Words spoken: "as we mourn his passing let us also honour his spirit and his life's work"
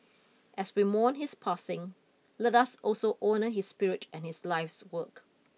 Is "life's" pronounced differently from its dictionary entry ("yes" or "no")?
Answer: no